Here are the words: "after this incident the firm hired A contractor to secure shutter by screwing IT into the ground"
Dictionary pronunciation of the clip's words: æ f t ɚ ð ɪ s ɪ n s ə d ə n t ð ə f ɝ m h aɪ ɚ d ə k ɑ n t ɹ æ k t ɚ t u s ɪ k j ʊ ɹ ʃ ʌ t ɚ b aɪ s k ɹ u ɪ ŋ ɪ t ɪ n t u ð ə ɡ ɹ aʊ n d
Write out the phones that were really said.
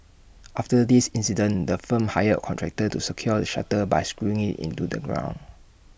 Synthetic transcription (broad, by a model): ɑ f t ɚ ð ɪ s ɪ n s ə d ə n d ə f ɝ m h aɪ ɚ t k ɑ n t ɹ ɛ k t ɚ t u s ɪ k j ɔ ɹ ʃ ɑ t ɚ b aɪ s k ɹ u ɪ ŋ ɪ t ɪ n t u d ə ɡ ɹ aʊ n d